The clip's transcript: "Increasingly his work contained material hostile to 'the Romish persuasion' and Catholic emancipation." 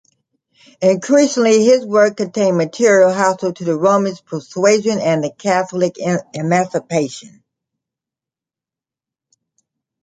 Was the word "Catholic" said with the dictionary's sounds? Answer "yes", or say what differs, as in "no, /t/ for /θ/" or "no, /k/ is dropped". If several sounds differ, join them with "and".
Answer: yes